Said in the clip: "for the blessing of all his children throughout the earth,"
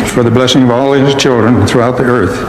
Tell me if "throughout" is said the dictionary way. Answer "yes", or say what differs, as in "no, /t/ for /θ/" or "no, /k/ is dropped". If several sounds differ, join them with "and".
yes